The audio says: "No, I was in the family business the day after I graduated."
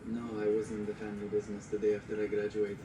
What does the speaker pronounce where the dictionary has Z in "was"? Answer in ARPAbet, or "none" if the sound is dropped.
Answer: Z